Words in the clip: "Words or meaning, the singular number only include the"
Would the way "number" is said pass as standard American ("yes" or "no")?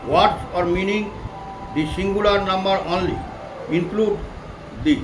yes